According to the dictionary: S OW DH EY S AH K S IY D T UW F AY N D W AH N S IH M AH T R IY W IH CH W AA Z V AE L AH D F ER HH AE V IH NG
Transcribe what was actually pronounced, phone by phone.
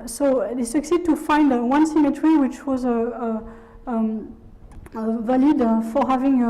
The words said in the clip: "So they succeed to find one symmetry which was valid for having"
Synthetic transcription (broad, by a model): S OW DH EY S AH K S IY D T UW F AY N D W AH N S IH M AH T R IY W IH CH W AA Z V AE L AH D F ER HH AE V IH NG